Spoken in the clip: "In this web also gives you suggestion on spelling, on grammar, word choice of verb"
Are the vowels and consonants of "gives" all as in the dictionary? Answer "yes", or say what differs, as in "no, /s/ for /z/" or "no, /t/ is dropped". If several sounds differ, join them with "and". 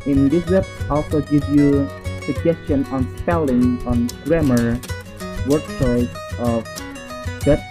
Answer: no, /z/ is dropped